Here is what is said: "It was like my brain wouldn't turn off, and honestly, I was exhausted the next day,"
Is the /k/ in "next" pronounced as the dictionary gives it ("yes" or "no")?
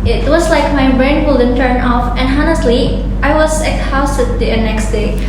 yes